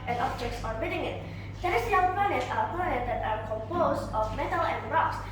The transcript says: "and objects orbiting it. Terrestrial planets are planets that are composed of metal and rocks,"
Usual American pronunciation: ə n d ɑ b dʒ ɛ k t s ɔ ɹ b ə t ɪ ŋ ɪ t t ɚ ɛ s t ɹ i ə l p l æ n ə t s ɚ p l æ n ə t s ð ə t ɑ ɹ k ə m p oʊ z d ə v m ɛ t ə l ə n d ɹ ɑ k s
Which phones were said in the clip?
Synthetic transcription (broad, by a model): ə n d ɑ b dʒ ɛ k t s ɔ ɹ ə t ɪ ŋ ɪ t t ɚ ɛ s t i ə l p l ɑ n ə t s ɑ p ɔ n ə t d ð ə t ɑ ɹ k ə m p oʊ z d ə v m ɛ t ə l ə n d ɹ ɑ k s